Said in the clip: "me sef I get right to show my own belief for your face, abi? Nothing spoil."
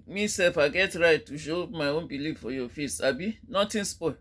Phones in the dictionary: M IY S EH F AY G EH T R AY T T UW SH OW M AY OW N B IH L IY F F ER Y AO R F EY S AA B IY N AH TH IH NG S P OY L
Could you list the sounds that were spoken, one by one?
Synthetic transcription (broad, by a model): M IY S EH F AY G EH T R AY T T UW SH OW M AY OW N B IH L IY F F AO Y AO F EY S AA B IY N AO T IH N S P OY